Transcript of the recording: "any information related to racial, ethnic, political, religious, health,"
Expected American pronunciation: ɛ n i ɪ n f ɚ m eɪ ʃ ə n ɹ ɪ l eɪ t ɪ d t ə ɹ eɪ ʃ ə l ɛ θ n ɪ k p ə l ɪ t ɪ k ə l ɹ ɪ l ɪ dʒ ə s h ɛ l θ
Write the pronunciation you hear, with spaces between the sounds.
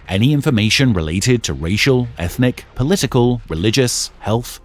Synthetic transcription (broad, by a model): ɛ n i ɪ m f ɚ m eɪ ʃ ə n ɹ ɪ l eɪ t ɪ d t ə ɹ eɪ ʃ ə l ɛ θ n ɪ k p ə l ɪ t ɪ k ə l ɹ ɪ l ɪ dʒ ə s h ɛ l θ